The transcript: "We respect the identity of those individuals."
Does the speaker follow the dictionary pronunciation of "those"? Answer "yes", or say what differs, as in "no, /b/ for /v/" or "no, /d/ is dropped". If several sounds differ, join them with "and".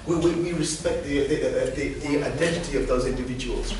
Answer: yes